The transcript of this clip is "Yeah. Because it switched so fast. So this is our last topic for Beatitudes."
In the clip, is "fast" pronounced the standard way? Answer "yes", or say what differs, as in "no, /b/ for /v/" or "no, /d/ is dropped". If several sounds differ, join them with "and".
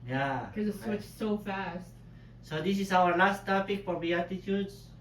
yes